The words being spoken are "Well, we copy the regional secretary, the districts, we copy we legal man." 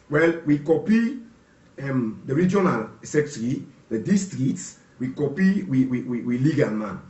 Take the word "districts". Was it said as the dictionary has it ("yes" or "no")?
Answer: no